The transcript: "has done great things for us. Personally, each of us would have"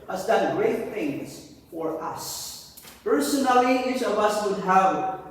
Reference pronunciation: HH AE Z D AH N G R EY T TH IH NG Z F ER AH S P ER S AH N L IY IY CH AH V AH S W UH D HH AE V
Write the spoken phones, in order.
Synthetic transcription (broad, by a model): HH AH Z D AH N G R EY T TH IH NG Z F ER AH S P ER S AH N L IY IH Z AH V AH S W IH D HH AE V